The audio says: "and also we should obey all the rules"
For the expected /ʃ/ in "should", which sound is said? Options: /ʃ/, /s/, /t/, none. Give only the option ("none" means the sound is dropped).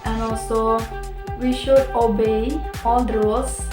/ʃ/